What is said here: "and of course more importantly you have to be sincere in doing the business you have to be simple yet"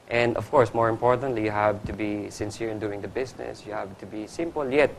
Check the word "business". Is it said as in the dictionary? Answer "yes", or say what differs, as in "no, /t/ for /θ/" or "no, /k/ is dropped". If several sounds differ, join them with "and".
no, /s/ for /z/